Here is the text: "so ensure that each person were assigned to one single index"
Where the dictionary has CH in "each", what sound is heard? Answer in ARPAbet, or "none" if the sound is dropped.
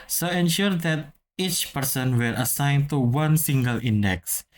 CH